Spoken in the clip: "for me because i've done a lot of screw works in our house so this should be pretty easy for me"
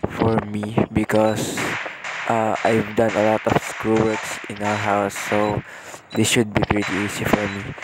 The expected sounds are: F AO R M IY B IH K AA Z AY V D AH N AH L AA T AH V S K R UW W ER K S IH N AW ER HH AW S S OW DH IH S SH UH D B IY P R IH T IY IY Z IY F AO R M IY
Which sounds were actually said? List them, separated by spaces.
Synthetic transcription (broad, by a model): F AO R M IY B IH K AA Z AY V D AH N AH L AA T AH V S K R UW W ER K S IH N AW ER HH AW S S OW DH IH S SH UH D B IY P R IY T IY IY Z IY F AO R M IY